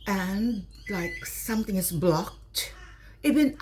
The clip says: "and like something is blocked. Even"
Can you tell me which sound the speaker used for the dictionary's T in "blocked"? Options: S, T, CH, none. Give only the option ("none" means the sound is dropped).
T